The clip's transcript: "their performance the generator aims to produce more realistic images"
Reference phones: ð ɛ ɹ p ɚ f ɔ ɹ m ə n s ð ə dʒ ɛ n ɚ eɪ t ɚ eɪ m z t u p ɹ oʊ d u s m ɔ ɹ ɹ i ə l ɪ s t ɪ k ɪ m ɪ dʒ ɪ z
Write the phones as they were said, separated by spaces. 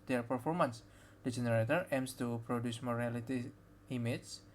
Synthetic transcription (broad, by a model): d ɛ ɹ p ɚ f ɔ ɹ m ə n s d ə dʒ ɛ n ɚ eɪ t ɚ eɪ m s t u p ɹ oʊ d u s m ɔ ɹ ɹ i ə l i t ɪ ɪ m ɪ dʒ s